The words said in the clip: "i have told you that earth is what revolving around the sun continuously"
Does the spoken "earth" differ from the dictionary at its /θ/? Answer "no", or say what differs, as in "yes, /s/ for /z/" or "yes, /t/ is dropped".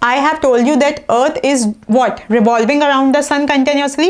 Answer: yes, /t/ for /θ/